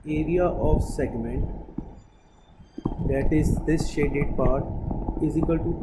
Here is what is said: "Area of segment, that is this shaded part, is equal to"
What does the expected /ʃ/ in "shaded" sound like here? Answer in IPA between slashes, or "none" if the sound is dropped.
/ʃ/